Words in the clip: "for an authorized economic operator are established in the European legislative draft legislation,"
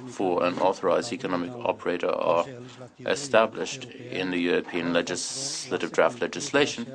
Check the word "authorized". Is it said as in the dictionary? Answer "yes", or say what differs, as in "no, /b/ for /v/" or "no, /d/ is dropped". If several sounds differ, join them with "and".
yes